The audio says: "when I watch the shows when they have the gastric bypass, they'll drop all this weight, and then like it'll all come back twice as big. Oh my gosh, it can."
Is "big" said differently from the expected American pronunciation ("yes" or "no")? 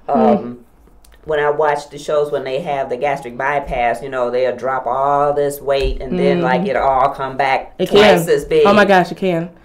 yes